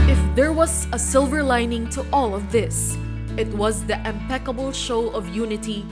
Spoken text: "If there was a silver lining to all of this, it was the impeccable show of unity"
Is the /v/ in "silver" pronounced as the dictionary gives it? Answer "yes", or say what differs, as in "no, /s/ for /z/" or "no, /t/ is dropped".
yes